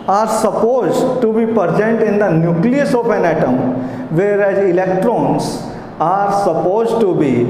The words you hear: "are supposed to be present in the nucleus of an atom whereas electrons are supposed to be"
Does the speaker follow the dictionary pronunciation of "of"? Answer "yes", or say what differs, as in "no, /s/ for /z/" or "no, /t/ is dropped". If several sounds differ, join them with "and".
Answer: no, /p/ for /v/